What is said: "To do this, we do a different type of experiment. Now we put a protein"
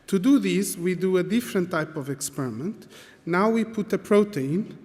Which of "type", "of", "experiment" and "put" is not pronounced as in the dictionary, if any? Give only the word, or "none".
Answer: none